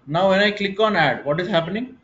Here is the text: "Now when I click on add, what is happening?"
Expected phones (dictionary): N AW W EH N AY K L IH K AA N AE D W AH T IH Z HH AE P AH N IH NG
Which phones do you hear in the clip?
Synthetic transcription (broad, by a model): N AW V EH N AY K L IH K AA N AE D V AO T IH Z HH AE P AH N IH NG